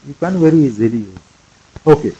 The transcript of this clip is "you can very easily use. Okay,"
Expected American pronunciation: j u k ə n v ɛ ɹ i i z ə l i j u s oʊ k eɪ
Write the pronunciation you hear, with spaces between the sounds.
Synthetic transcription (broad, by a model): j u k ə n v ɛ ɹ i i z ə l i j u oʊ k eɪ